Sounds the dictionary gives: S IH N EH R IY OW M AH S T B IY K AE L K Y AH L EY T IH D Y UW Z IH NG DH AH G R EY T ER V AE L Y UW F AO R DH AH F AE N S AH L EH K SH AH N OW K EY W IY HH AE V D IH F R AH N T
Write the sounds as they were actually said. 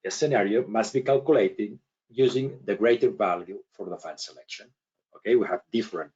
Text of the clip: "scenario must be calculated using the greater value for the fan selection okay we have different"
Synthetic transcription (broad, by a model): S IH N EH R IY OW M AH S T B IY K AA L K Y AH L EY T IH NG Y UW Z IH NG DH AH G R EY T ER V AE L Y UW F AO R DH AH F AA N S AH L EH K SH AH N OW K EY W IY HH AE V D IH F R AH N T